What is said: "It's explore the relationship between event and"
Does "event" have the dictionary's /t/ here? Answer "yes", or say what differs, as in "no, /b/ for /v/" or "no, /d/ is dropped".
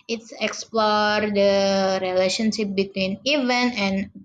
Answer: no, /t/ is dropped